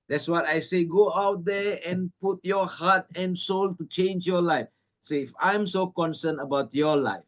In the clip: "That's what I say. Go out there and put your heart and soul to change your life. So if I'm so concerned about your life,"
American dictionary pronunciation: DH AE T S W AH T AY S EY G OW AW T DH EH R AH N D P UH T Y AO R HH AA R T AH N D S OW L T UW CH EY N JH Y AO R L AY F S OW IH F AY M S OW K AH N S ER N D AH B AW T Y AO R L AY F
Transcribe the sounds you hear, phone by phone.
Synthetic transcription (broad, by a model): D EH T S W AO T AY S EY G OW AW T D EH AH N P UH T Y AO HH AA T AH N S OW L T UW CH EY N JH Y AO L AY F S OW IH F AY M S OW K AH N S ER N AH B AW T Y AO L AY F